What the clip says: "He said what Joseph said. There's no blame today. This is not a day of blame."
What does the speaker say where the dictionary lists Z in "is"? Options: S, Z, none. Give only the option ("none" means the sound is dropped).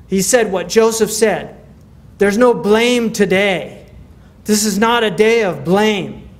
Z